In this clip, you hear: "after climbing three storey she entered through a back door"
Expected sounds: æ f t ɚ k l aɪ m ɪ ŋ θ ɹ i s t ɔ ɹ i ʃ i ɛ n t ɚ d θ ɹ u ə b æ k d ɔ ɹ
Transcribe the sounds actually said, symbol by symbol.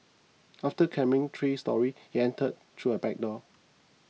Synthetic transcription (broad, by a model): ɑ f t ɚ k ɛ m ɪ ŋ t ɹ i s t ɔ ɹ i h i ɛ n t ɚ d t ɹ u ə b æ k d ɔ